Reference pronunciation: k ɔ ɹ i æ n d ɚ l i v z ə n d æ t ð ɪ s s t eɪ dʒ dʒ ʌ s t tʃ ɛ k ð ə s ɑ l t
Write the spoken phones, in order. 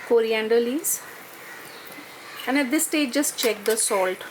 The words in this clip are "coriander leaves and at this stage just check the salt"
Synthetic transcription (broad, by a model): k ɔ ɹ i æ n d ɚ l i z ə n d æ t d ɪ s s t eɪ dʒ dʒ ʌ s t tʃ ɛ k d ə s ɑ l t